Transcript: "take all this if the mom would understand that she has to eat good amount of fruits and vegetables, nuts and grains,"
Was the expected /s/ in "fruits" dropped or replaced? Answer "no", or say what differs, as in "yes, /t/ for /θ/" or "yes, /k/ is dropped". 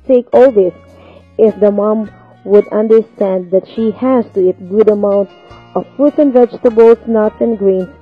yes, /s/ is dropped